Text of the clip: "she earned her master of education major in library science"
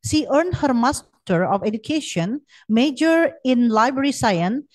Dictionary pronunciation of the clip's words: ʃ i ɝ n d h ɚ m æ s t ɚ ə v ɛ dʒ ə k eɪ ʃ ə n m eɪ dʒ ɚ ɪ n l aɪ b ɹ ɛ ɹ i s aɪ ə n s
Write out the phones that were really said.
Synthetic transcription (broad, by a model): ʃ i ɝ n d h ɚ m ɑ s t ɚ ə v ɛ dʒ ə k eɪ ʃ ə n m eɪ dʒ ɚ ɪ n l aɪ b ɹ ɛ ɹ i s aɪ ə n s